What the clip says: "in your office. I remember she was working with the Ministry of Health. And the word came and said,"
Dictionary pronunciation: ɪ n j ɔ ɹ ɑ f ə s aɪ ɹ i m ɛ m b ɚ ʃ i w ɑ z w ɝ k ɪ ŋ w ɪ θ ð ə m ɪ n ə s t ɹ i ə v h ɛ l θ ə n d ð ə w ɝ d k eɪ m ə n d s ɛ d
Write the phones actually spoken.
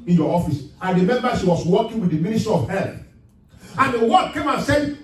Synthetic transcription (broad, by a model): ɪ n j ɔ ɑ f ə s aɪ ɹ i m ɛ m b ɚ ʃ i w ɑ s w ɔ k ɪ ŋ w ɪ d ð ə m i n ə s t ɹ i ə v h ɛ l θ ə n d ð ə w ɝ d k eɪ m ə n s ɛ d